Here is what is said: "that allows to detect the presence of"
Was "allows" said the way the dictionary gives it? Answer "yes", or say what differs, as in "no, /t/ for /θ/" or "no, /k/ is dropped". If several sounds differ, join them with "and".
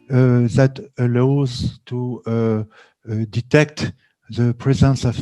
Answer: yes